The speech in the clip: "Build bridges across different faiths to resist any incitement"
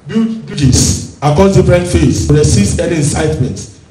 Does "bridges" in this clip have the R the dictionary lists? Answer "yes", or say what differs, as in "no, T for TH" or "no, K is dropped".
no, R is dropped